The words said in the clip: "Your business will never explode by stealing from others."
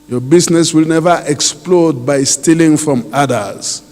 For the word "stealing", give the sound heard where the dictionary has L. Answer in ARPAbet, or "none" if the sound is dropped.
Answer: L